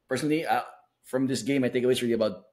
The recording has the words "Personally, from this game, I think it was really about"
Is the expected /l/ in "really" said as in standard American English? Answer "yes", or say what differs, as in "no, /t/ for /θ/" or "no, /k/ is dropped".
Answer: no, /l/ is dropped